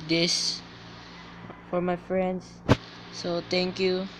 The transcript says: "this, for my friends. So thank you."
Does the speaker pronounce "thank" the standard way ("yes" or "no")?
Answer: no